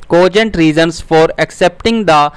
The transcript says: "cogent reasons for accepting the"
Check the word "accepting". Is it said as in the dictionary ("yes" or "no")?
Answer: yes